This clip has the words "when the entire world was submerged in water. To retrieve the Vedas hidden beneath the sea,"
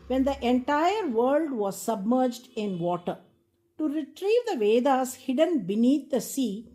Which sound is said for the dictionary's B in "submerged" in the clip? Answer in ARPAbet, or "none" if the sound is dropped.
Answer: B